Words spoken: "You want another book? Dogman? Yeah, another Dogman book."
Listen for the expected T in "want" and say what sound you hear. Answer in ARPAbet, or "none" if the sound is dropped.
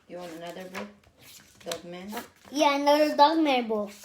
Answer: none